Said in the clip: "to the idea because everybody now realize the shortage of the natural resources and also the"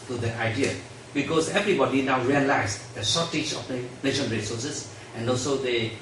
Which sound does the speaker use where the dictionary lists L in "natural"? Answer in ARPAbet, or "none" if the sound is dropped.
N